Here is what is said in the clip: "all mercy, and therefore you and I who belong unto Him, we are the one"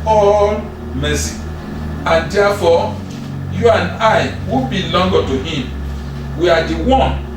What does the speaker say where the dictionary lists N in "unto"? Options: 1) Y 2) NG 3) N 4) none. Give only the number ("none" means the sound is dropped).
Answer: 4